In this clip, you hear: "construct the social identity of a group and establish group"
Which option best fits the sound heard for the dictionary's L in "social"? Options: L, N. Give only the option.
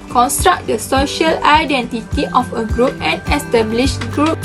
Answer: L